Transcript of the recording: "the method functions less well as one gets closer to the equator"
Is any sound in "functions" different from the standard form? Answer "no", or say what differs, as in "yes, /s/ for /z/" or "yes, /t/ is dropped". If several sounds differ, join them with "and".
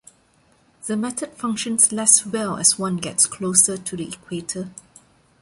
yes, /s/ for /z/